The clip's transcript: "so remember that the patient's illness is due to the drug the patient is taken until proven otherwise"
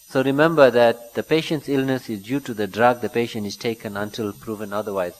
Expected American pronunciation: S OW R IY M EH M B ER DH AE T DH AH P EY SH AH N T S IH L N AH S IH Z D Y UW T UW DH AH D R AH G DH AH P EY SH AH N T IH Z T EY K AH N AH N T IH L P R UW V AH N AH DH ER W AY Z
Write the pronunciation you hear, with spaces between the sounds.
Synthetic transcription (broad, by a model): S OW R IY M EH M B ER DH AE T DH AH P EY SH AH N T S IH L N AH S IH Z D Y UW T UW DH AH D R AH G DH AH P EY SH AH N T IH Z T EY K AH N AH N T IH L P R UW V AH N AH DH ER W AY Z